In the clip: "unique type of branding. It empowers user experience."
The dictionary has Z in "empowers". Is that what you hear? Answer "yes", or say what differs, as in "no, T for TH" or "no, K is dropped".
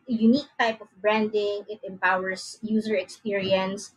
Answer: no, S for Z